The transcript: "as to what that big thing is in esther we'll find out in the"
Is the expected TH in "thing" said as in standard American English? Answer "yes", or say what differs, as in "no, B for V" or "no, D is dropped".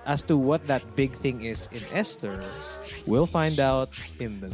yes